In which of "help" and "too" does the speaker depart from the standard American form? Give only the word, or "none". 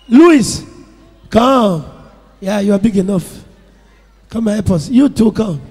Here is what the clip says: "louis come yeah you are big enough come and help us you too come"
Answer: help